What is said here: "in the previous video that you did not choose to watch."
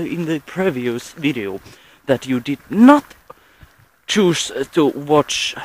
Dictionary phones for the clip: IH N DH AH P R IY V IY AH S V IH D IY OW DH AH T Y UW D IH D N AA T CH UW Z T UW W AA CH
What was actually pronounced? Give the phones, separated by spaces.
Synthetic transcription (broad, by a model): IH N DH AH P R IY V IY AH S V IH D IY OW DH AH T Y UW D IH D N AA T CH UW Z T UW W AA CH